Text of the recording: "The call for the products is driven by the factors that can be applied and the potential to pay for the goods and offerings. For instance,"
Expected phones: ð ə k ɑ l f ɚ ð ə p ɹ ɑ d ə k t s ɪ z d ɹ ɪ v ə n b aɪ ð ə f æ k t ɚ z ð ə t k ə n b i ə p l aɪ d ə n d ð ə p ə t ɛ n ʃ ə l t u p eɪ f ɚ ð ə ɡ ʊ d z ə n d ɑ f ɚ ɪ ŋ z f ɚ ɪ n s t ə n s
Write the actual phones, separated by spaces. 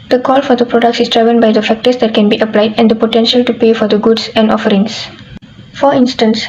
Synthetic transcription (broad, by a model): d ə k ɑ l f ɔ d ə p ɹ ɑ d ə k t s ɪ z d ɹ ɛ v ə n b aɪ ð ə f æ k t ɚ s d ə t k ə n b i ə p l aɪ d ə n d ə p ə t ɛ n ʃ ə l t u p eɪ f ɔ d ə ɡ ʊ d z ə n d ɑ f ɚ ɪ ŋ s f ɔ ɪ n s t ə n s